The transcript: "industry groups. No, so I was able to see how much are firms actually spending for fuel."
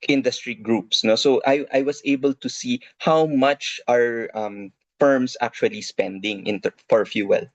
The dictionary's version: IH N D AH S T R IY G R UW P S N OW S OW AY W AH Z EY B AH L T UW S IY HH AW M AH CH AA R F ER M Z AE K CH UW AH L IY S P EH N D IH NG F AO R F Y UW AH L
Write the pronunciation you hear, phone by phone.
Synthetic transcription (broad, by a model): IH N D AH S T R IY G R UW P S N OW S OW AY W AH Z EY B AH L T UW S IY HH AW M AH CH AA R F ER M S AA K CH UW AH L IY S P EH N D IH NG F AO R F Y UW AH L